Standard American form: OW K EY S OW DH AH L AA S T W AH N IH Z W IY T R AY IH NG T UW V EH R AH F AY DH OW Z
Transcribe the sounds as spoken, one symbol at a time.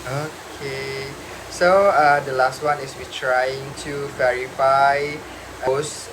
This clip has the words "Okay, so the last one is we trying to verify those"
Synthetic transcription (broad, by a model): OW K EY S OW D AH L AA S T W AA N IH S W IY T R AY IH NG T UW V EH R AH F AY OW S